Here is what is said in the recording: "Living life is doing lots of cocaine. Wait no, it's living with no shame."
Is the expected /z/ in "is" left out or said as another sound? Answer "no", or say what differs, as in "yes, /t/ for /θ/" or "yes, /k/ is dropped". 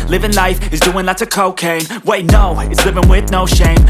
no